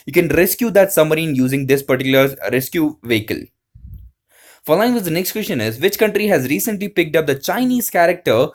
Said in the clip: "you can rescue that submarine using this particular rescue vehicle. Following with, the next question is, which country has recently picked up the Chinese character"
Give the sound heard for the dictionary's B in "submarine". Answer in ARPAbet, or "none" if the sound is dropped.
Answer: none